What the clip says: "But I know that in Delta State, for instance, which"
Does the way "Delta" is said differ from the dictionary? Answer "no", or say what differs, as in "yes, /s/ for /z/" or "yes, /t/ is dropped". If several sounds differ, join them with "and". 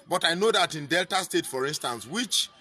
no